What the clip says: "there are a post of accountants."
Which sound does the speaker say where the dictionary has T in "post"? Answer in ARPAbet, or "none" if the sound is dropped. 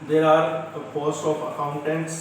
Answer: none